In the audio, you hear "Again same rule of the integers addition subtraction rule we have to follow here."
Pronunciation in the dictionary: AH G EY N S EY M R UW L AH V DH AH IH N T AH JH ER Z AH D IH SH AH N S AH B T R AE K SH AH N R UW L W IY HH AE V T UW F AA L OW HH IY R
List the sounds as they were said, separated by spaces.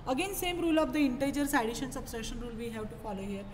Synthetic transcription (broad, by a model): AH G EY N S EY M R UW L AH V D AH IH N T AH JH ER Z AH D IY SH AH N S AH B S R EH SH AH N R UW L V IY HH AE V T UW F AA L OW HH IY R